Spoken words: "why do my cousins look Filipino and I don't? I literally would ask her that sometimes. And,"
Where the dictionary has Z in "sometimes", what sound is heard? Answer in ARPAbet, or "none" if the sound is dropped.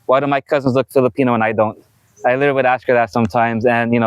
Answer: Z